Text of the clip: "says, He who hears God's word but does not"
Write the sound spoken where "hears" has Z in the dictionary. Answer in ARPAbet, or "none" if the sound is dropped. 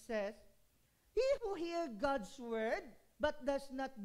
none